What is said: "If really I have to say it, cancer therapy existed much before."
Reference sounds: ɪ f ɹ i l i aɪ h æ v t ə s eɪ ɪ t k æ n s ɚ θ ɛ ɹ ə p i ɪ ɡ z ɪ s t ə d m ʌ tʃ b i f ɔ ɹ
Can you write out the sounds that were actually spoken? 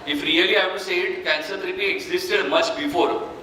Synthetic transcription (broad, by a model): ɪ f ɹ i l i aɪ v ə s eɪ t k æ n s ɚ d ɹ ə b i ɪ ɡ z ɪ s t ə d m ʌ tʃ b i f ɔ ɹ